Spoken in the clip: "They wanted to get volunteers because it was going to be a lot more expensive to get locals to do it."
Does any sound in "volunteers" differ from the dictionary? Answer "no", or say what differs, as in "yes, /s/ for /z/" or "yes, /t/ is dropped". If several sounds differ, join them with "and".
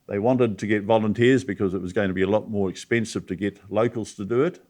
no